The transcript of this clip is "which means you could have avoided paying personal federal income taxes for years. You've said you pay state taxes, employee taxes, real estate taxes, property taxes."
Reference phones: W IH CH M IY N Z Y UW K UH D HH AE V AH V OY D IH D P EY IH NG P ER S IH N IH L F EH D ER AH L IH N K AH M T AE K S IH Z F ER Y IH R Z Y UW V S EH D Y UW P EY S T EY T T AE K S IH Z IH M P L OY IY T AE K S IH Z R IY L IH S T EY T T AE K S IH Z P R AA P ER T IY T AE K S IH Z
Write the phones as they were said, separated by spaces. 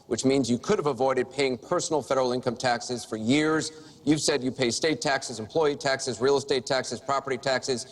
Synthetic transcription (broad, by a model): W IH CH M IY N Z Y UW K UH D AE V AH V OY D IH D P EY IH NG P ER S N L F EH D ER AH L IH N K AH M T AE K S IH Z F ER Y IH R Z Y UW V S EH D Y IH P EY S T EY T T AE K S IH Z IH M P L OY IY T AE K S IH Z R IY L S T EY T T AE K S IH Z P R AA P ER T IY T AE K S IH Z